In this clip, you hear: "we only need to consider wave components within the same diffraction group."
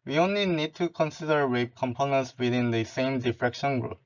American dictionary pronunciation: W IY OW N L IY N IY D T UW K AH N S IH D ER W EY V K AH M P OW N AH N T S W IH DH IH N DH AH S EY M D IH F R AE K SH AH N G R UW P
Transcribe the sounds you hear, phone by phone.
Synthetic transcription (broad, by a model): W IY OW N L IY N IY D T UW K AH N S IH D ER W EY B K AH M P OW N AH N T S W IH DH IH N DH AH S EY M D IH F R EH K SH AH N G R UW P